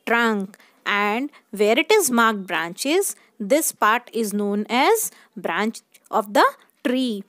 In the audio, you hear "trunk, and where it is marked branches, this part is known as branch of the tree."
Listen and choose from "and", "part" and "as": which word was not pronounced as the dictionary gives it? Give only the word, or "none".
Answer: none